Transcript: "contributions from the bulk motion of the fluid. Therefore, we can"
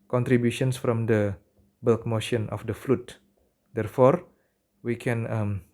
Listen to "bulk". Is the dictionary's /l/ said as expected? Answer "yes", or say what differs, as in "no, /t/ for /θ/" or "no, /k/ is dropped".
yes